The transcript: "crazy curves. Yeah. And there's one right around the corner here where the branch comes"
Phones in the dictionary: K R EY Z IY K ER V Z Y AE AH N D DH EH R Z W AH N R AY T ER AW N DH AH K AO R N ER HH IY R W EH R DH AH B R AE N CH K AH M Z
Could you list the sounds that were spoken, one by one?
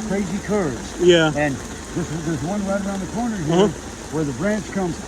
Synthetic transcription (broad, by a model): K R EY Z IY K ER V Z Y AE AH N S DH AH R Z W AH N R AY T ER AW N DH AH K AO R N ER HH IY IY W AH R DH AH B R AE N CH K AH M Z